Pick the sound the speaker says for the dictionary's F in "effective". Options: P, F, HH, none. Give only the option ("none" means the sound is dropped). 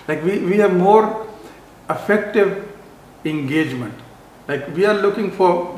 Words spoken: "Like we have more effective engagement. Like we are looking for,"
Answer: F